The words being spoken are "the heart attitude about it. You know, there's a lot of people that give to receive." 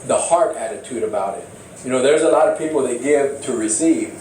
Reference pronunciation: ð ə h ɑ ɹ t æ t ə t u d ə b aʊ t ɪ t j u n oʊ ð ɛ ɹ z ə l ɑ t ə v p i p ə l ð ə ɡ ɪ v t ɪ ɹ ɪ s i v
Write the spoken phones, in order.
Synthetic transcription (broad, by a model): ð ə h ɑ ɹ t æ t ə t u d ə b aʊ t ɪ t j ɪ n oʊ ð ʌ ɹ z ə l ɑ t ə v p i p l ð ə ɡ ɪ v t ɪ ɹ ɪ s i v